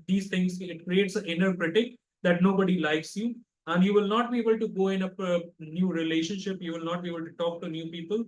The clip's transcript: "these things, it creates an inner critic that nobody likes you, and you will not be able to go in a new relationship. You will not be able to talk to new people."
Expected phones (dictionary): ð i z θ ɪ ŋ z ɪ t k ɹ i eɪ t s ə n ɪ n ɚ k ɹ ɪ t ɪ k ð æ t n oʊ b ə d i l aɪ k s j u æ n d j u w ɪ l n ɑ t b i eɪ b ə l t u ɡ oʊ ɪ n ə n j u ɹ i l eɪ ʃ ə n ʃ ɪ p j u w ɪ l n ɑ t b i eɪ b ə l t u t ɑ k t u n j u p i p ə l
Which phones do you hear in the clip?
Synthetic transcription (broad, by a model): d i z t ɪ ŋ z ɪ t k ɹ i eɪ t s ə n ɪ n ɚ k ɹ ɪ t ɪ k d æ t n oʊ b ə d i l aɪ k s j u æ n d j u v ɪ l n ɑ t b i eɪ b ə l t u ɡ oʊ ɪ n ə n j u ɹ i l eɪ ʃ ə n ʃ ɪ p j u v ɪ l n ɑ t b i eɪ b ə l t u t ɑ k t u n j u p i p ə l